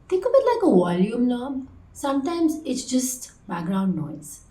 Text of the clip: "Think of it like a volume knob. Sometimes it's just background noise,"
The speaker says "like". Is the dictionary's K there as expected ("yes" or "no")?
yes